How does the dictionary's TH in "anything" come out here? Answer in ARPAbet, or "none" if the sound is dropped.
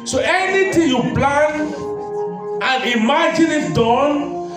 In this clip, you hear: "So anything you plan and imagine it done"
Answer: T